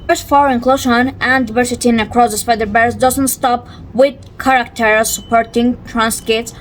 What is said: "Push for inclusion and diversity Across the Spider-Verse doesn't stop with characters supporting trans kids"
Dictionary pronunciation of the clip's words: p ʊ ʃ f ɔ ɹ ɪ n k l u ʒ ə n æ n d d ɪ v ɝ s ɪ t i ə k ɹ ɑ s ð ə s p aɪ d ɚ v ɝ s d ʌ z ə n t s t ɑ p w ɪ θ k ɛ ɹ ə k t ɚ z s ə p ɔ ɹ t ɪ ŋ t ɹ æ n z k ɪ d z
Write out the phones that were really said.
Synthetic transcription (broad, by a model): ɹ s f ɔ ɹ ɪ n k l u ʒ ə n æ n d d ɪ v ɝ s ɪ t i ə k ɹ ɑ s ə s f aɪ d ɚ b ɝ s d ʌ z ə n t s t ɑ p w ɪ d k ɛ ɹ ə k t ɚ s ə p ɔ ɹ t ɪ ŋ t ɹ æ n s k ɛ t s